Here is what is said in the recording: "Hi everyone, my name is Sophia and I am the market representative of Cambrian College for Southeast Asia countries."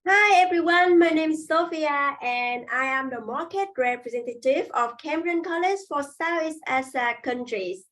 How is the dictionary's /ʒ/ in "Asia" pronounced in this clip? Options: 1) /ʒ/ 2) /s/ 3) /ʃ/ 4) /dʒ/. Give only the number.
2